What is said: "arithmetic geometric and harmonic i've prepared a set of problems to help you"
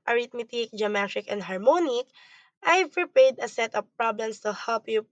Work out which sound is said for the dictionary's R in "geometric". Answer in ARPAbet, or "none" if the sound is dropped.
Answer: none